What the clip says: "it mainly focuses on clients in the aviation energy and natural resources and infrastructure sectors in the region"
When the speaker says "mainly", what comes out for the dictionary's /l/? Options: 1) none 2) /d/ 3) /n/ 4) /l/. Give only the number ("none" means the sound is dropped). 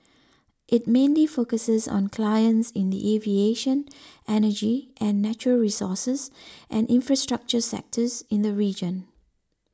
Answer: 4